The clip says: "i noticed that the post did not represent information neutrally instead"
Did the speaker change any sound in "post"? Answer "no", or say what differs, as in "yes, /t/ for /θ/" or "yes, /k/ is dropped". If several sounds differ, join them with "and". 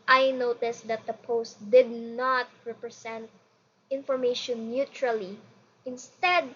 no